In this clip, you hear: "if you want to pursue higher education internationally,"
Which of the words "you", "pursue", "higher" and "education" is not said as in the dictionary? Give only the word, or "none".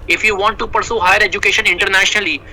none